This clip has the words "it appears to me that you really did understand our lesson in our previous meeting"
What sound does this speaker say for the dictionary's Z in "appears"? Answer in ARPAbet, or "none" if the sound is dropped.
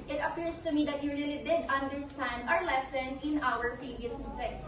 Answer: S